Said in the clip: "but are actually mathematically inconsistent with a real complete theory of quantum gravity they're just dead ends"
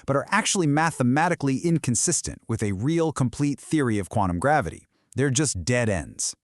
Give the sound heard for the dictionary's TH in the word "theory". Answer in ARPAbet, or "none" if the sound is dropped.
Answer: TH